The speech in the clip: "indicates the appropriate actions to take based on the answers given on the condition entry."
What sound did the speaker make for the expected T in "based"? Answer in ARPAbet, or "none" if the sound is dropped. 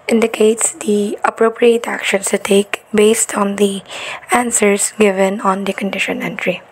T